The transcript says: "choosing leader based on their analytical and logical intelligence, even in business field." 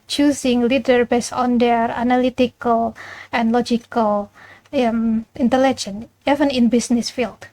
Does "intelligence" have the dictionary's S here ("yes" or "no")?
no